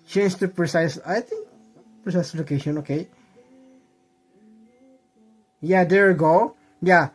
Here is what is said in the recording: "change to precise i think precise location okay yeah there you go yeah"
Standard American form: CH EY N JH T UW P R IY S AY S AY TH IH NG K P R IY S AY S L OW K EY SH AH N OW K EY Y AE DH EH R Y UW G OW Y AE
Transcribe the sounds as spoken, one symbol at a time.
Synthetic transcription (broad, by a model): CH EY N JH T UW P R IY S AY S AY T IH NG K P R IY S AY S L OW K EY SH AH N OW K EY Y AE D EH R G OW Y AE